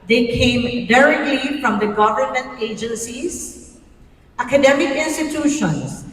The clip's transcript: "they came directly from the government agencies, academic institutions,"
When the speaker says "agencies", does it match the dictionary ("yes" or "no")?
yes